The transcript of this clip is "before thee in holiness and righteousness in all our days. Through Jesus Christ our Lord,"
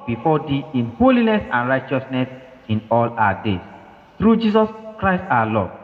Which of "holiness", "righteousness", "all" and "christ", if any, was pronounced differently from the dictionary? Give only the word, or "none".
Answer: none